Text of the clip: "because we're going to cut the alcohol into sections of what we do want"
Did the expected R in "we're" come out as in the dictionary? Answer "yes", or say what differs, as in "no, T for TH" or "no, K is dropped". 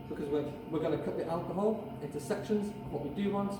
no, W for R